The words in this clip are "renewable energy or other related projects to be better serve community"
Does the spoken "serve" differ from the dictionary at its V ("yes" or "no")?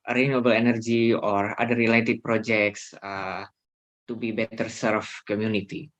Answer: yes